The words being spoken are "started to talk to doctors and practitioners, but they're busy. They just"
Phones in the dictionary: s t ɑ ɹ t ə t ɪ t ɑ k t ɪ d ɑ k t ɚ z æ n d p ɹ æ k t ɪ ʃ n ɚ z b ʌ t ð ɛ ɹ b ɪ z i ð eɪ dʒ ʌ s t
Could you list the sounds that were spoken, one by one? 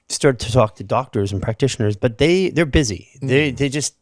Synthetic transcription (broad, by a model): s t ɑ ɹ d t ɪ t ɑ k t ɪ d ɑ k t ɚ z n p ɹ æ k t ɪ ʃ n ɚ z b ʌ t ð ɛ ɹ b ɪ z i ð eɪ dʒ ʌ s t